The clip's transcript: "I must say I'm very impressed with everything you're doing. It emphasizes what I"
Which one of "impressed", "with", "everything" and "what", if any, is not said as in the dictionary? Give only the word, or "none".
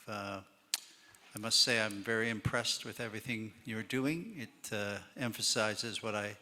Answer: none